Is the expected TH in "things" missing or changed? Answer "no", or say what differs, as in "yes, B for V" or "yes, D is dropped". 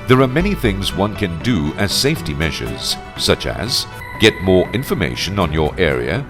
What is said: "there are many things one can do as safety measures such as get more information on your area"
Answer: no